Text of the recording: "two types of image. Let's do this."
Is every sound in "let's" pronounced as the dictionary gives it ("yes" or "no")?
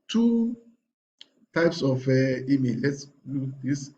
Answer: yes